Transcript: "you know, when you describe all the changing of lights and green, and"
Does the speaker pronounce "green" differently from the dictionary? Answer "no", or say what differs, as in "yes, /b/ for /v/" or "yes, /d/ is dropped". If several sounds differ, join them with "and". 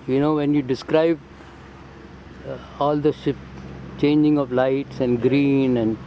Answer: no